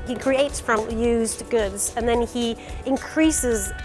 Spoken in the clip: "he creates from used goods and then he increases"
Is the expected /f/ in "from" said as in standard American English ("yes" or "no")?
no